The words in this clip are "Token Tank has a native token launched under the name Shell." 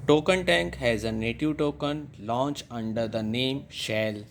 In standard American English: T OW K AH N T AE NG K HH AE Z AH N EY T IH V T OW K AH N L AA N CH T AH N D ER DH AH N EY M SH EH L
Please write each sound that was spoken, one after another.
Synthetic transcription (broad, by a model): T OW K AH N T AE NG K HH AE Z AH N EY T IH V T OW K AH N L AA N CH AH N D ER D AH N EY M SH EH L